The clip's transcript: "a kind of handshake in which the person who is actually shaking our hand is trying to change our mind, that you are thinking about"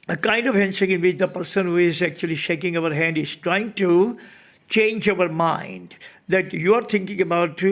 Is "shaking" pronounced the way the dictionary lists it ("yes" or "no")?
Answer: yes